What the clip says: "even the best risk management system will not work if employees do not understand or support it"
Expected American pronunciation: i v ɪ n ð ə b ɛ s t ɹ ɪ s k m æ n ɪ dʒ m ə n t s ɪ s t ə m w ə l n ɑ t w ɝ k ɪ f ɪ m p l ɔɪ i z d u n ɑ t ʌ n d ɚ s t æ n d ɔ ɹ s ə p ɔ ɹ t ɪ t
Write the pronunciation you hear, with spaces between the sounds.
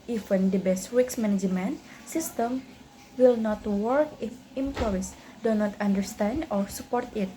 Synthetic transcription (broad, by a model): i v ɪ n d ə b ɛ s t w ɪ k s m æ n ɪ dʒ m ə n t s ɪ s t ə m w ə l n ɑ t w ɝ k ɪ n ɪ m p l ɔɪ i s d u n ɑ t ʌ n d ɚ s t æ n d ɔ ɹ s ə p ɔ ɹ t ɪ t